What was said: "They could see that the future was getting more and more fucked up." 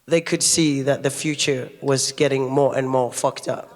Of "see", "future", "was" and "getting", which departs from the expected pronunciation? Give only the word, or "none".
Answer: none